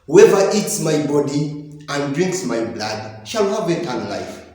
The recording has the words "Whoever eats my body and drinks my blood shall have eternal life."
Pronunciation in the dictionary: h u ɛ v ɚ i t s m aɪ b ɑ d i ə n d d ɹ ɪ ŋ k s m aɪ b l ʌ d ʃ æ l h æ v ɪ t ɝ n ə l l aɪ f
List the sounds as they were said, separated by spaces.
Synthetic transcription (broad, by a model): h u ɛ v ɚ i t s m aɪ b ɑ d i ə n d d ɹ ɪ ŋ k s m aɪ b l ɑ d ʃ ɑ l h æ v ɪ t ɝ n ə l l aɪ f